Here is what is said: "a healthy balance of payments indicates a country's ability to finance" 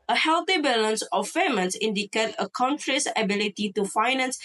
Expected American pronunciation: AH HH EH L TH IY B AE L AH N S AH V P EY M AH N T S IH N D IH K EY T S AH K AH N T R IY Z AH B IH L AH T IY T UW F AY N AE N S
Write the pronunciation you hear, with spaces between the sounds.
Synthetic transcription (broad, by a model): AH HH EH L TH IY B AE L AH N S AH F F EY M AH N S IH N D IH K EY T AH K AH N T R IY S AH B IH L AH T IY T UW F AY N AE N S